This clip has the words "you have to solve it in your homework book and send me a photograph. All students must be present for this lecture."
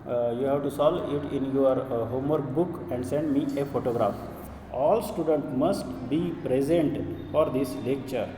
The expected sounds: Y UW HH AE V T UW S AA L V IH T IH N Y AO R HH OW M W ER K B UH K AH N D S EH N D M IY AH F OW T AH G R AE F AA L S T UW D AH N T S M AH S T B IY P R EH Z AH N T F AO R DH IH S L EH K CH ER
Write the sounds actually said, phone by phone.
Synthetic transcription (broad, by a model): Y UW HH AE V T UW S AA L IH T IH N Y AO R HH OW M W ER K B UH K AH N D S EH N D M IY AH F OW T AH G R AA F AA L S T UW D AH N T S M AH S T B IY P R EH Z AH N T F AO R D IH S L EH K CH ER